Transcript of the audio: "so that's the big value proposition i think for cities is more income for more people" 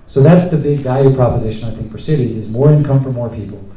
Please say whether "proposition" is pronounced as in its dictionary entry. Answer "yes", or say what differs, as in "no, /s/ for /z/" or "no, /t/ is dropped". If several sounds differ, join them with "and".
yes